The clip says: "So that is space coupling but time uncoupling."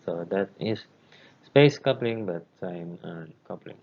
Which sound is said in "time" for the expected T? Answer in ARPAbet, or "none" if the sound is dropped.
S